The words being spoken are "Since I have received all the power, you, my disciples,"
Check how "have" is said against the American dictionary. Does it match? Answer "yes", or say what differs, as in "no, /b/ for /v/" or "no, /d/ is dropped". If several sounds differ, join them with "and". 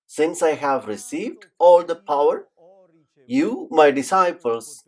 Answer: yes